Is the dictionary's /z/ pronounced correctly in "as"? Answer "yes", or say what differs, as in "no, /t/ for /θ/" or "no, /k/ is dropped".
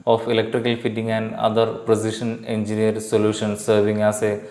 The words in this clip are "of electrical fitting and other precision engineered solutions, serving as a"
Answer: no, /s/ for /z/